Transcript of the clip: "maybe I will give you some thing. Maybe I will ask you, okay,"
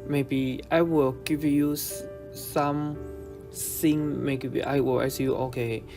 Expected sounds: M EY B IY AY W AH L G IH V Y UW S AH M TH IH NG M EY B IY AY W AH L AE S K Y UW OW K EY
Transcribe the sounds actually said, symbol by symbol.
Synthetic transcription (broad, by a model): M EY B IY AY W AH L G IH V Y UW S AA M S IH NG M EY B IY AY W AH L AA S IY Y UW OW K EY